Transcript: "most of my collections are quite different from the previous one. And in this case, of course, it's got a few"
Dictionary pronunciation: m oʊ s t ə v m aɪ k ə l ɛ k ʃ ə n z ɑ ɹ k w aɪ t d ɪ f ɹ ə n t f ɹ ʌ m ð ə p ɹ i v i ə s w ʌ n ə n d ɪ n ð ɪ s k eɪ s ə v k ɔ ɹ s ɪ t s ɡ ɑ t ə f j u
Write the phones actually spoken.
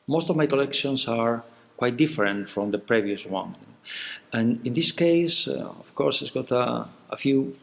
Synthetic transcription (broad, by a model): m oʊ s t ə v m aɪ k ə l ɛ k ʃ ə n s ɑ ɹ k w aɪ t d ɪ f ɹ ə n t f ɹ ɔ m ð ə p ɹ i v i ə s w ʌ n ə n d ɪ n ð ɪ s k eɪ s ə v k ɔ ɹ s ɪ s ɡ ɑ t ə f j u